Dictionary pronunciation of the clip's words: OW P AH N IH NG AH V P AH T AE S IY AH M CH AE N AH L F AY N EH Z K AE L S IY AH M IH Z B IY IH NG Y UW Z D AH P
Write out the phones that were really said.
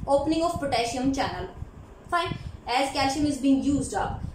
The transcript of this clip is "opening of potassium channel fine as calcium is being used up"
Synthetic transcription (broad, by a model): OW P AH N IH NG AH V P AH T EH SH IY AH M CH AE N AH L F AY N EH Z K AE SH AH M IH Z B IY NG Y UW Z D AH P